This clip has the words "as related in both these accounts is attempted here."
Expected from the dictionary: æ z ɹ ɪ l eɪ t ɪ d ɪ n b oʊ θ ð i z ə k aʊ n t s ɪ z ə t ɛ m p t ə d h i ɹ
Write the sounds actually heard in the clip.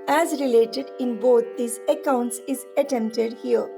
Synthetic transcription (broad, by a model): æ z ɹ ɪ l eɪ t ɪ d ɪ n b oʊ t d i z ə k aʊ n t s ɪ z ə t ɛ m p t ə d h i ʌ